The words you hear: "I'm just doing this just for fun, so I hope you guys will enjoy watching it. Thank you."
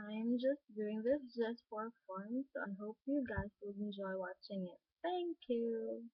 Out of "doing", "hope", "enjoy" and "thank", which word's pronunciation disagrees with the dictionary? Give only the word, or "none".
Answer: thank